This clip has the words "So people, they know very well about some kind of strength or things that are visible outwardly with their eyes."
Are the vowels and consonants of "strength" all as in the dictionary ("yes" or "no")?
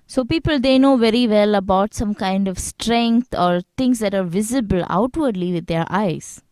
no